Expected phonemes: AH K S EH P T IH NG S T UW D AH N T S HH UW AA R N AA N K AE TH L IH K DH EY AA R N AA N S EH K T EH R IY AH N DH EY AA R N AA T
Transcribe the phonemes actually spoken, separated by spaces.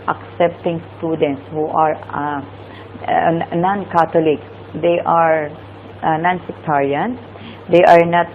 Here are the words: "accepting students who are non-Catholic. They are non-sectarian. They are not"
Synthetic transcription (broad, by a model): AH K S EH P T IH NG S T UW D AH N T S HH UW AA R N AA N K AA T L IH K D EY AA R N AA N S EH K T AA R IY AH N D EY AA R N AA T